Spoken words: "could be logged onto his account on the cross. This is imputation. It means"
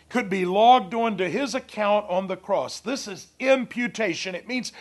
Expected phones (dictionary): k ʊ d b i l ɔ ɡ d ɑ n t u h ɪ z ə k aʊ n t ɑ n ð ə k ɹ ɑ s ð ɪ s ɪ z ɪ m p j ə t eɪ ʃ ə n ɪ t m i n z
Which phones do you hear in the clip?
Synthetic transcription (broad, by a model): k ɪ d b i l ɔ ɡ d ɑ n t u ɪ z ə k aʊ n t n ð ə k ɹ ɑ s ð ɪ s ɪ z ɪ m p j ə t eɪ ʃ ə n ɪ t m i n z